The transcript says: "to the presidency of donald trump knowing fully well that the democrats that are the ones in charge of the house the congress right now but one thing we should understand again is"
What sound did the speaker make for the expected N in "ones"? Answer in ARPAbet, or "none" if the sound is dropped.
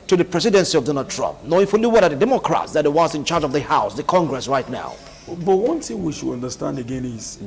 none